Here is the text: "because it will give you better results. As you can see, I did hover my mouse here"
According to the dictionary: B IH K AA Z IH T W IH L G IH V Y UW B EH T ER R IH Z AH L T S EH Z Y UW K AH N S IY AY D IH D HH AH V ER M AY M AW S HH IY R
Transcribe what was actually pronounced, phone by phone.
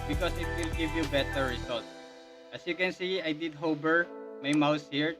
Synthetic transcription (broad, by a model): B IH K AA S IH T W IH L G IH V Y UW B EH T ER R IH S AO L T S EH S Y UW K AH N S IY AY D IH D HH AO B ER M AY M AW S HH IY R